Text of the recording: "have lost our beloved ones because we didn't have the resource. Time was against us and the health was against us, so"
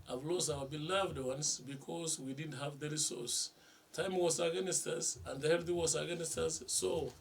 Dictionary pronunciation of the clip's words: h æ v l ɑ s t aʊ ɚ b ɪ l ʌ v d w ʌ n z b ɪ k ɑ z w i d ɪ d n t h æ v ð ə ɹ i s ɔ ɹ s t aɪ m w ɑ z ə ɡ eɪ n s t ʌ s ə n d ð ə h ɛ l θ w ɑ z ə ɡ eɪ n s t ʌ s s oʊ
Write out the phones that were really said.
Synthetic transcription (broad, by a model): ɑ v l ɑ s aʊ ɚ b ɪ l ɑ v d w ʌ n s b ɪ k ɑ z w i d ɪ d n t h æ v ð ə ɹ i s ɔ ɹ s t aɪ m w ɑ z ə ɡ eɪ n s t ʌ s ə n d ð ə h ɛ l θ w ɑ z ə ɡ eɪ n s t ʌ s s oʊ